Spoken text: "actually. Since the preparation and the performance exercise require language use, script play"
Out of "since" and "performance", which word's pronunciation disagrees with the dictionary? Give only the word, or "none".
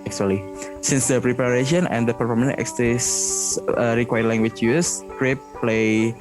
performance